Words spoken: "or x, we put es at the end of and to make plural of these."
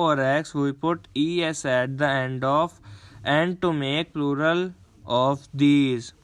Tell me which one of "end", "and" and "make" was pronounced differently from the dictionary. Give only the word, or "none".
none